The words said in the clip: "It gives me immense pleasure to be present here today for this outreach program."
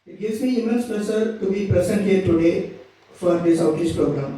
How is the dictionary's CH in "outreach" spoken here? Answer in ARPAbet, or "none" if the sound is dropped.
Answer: S